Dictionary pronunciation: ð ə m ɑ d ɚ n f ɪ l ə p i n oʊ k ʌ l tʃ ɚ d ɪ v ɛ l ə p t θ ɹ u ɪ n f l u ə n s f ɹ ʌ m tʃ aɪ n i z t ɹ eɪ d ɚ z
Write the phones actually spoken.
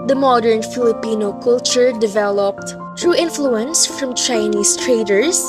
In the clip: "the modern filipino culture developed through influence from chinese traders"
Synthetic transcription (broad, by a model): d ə m ɑ d ɚ n f ɪ l ə p i n oʊ k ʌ l tʃ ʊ d ɪ v ɛ l ə p t t ɹ u ɪ n f l u ə n s f ɹ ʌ m tʃ aɪ n i s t ɹ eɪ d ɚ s